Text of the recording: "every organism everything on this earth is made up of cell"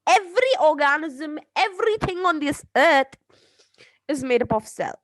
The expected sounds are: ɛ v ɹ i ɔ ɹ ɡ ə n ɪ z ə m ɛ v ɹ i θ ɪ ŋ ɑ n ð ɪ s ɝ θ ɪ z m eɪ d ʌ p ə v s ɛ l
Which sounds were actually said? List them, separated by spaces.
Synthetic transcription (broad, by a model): ɛ v ɹ i ɔ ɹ ɡ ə n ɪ z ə m ɛ v ɹ i θ ɪ ŋ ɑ n ð ɪ s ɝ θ ɪ z m eɪ d ʌ p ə f s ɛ l